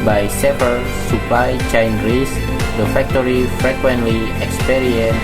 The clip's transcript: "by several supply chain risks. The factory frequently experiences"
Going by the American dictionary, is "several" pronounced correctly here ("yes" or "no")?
no